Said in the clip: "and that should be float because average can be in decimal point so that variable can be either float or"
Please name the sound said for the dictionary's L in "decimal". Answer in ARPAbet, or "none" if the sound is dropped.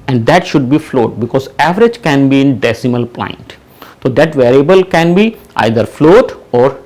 L